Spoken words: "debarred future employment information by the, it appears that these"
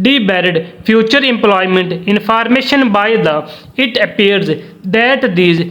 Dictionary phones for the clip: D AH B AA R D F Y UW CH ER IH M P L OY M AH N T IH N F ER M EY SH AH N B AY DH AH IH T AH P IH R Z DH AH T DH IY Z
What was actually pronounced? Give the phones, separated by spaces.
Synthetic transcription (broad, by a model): D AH B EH R D P Y UW CH ER IH M P L OY M AH N T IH N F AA M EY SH AH N B AY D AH IH T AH P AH R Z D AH T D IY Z